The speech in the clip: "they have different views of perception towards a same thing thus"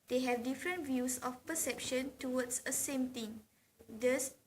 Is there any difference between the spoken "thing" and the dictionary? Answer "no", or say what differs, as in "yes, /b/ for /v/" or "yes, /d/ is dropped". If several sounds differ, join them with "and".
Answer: yes, /t/ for /θ/